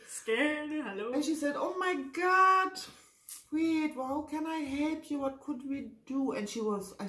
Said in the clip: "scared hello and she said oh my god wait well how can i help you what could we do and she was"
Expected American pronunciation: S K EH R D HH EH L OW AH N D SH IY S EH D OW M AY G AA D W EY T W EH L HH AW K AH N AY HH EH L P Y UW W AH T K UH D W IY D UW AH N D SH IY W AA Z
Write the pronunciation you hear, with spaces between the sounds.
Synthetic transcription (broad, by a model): S K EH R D HH EH L OW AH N SH IY S EH D OW M AY G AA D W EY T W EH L HH AW K AH N AY HH EH L P Y UW W AH T K UH D W IY D UW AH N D SH IY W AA Z